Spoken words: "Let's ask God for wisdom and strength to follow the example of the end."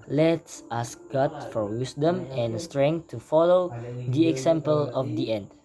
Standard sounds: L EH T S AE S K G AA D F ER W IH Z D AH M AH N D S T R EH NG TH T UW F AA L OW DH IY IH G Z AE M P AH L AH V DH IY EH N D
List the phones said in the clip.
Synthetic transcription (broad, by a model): L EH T S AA S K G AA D F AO W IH S D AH M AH N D S T R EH NG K T UW F AA L OW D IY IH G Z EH M P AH L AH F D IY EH N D